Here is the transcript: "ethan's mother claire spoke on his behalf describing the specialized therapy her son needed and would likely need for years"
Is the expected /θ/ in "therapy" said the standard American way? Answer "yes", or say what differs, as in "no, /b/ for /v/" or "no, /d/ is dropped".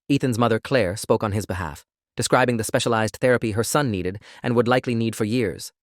yes